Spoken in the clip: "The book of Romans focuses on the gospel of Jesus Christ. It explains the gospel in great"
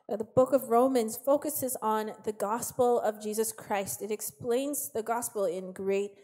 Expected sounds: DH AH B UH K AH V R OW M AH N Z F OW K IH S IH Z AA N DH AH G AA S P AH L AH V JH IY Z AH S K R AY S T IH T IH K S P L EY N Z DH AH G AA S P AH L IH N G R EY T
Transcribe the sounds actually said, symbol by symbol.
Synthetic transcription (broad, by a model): DH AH B UH K AH V R OW M AH N Z F OW K IH S IH Z N DH AH G AA S P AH L AH V JH IY Z AH S K R AY S T IH T IH K S P L EY N Z DH AH G AA S P L IH N G R EY T